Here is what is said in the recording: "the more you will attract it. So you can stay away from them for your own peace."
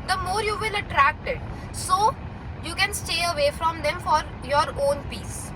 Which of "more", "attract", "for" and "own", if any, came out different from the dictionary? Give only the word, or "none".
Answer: none